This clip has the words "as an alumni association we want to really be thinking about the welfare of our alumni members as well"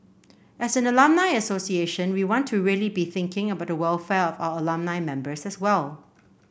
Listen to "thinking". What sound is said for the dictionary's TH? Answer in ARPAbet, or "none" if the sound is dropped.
TH